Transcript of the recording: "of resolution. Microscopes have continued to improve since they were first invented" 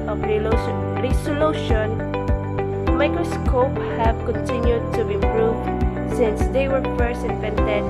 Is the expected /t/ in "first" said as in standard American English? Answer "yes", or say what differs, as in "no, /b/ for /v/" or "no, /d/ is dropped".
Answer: no, /t/ is dropped